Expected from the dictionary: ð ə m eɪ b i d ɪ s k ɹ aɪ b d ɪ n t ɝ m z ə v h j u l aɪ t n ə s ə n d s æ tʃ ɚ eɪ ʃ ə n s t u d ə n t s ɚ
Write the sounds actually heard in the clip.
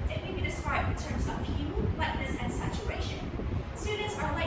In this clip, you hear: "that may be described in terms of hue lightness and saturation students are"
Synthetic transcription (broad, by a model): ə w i b i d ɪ s k ɹ aɪ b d ɪ n t ɝ m z ə v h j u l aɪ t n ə s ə n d s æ tʃ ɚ eɪ ʃ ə n s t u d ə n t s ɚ